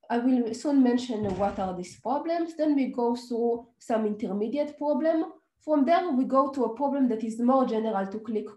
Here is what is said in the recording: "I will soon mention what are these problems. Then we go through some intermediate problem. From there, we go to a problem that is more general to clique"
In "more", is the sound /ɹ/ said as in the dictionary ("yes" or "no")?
yes